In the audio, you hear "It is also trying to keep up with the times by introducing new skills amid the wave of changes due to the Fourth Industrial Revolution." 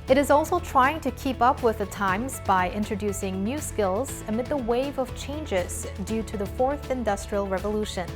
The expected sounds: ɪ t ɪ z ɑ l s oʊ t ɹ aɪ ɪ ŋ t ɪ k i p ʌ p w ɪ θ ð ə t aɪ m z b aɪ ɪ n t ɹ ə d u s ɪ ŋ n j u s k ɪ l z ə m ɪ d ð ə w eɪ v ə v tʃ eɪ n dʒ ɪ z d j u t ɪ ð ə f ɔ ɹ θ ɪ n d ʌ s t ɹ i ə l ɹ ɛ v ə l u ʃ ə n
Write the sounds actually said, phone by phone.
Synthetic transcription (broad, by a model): ɪ t ɪ z ɑ l s oʊ t ɹ aɪ ɪ ŋ t ɪ k i p ʌ p w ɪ ð ə t aɪ m z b aɪ ɪ n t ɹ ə d u s ɪ ŋ n j u s k ɪ l z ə m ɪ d ð ə w eɪ v ə v tʃ eɪ n dʒ ɪ z d j u t ɪ ð ə f ɔ ɹ θ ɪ n d ʌ s t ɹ i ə l ɹ ɛ v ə l u ʃ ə n